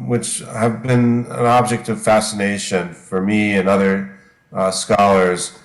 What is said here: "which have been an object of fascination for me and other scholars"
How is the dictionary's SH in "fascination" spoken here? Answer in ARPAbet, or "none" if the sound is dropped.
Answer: SH